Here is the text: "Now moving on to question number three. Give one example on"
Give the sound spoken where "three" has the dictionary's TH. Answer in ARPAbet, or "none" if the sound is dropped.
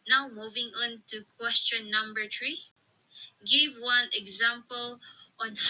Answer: T